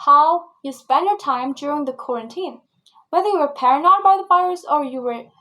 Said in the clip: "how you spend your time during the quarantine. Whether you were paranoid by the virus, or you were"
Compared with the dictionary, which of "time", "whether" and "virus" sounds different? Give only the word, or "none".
virus